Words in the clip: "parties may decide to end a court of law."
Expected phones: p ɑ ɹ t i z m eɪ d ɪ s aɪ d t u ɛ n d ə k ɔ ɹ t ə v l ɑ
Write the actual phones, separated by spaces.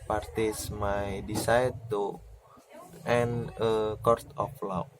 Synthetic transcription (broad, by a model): p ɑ ɹ t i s m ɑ d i s aɪ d t u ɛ n ə k ɔ ɹ t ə f l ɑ